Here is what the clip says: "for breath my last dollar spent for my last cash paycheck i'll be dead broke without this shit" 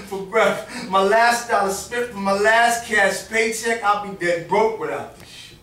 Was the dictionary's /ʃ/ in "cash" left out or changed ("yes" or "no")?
yes